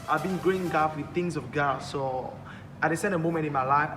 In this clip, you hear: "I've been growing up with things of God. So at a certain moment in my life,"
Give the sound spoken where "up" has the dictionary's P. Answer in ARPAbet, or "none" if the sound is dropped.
F